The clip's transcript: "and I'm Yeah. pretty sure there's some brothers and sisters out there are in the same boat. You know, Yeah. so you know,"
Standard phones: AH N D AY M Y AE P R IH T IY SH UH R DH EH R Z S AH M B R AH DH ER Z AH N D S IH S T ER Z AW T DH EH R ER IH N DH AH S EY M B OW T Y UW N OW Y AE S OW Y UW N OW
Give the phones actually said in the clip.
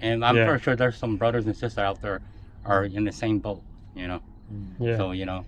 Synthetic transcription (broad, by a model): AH N AY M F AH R SH UH R DH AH R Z S AH M B R AH DH ER Z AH N S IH S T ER AW T DH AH R ER IH N DH AH S EY M B OW T Y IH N OW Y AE S OW Y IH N OW